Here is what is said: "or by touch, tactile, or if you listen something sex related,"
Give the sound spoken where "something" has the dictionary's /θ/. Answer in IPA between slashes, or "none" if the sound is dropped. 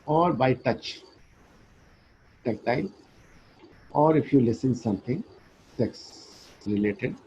/t/